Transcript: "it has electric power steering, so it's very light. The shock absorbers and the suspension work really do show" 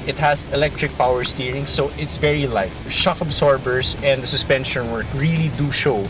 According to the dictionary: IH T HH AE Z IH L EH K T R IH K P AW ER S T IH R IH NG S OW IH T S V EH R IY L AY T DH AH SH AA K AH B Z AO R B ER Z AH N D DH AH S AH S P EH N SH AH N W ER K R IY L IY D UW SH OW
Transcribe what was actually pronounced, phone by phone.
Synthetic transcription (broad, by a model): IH T HH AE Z IH L EH K T R IH K P AW ER S T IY R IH NG S OW IH T S V EH R IY L AY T SH AA K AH B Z AO R B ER S AH N D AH S AH S P EH N SH AH N W ER K R IY L IY D UW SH OW